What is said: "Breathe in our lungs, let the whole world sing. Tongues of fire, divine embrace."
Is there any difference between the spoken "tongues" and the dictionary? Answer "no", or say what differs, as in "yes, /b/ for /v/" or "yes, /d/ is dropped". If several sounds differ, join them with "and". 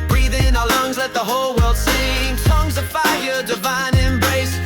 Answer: yes, /s/ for /t/